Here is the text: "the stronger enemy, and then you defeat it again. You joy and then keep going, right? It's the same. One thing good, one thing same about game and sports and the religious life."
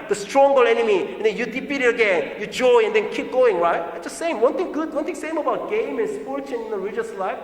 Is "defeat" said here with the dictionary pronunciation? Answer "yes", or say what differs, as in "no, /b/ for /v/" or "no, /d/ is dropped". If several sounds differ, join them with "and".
no, /p/ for /f/